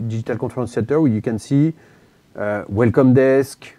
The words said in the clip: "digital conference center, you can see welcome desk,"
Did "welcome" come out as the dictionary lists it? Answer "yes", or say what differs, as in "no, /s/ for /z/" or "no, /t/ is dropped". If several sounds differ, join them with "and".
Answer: yes